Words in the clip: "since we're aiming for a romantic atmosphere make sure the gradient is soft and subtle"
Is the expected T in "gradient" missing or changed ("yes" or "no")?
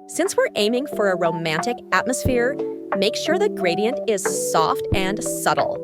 no